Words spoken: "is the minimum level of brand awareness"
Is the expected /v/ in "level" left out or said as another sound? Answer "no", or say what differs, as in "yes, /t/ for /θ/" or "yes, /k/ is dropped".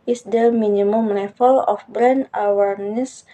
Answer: yes, /f/ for /v/